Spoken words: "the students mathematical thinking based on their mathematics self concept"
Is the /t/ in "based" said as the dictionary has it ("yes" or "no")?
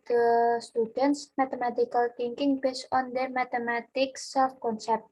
no